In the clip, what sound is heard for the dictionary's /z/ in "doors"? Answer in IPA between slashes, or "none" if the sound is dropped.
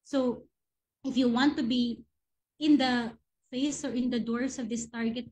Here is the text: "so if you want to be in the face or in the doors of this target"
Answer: /s/